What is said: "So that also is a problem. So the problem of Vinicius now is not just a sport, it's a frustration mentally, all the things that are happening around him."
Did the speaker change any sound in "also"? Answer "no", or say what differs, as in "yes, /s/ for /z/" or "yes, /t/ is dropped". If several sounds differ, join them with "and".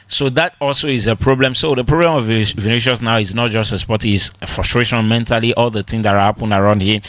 no